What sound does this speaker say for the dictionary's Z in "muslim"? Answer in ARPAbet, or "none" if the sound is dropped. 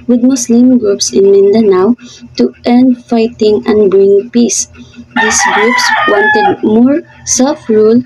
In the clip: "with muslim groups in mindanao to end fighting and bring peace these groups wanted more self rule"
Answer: S